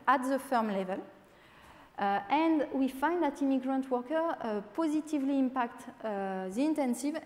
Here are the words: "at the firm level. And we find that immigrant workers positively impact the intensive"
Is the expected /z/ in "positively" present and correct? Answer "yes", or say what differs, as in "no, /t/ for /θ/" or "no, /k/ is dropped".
yes